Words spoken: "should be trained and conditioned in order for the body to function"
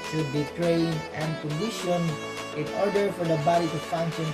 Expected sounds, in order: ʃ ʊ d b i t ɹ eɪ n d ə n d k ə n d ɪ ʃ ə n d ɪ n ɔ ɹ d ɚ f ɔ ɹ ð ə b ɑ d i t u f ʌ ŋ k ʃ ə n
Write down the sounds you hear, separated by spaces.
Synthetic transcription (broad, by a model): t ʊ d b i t ɹ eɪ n ə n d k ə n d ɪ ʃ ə n ɪ n ɔ ɹ d ɚ f ɔ ɹ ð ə b ɑ d i t u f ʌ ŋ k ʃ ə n